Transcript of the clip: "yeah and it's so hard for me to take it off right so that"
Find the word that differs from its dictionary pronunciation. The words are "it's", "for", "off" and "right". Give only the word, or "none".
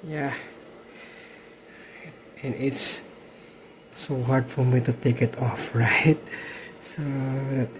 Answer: none